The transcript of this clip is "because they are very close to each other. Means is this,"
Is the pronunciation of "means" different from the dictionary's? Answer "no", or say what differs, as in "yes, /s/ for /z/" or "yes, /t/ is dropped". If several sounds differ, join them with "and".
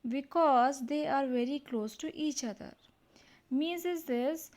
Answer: yes, /n/ is dropped